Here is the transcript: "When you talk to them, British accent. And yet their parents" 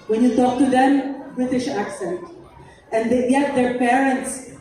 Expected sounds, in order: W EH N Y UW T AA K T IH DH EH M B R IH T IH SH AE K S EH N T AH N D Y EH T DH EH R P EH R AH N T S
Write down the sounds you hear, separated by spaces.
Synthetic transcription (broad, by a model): W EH N Y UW T AA K T IH DH EH M B R IH T IH SH AE K S EH N T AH N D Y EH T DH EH R P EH R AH N T S